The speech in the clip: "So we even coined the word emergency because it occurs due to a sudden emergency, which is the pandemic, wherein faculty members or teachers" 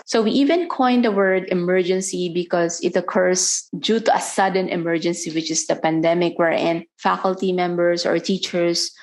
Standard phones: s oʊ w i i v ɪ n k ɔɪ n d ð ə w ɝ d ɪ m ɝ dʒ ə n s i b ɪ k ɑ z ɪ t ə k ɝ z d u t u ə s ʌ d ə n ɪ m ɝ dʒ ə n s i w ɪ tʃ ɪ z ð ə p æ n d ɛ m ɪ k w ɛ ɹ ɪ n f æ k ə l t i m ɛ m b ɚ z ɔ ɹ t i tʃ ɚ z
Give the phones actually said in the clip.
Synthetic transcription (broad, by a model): s oʊ w i i v ɪ n k ɔɪ n d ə w ɝ d ɪ m ɝ dʒ ə n s i b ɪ k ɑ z ɪ t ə k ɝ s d u t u ə s ʌ d ə n ɪ m ɝ dʒ ə n s i w ɪ tʃ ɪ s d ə p æ n d ɛ m ɪ k w ɛ ɹ ɪ n f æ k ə l t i m ɛ m b ɚ s ɔ ɹ t i tʃ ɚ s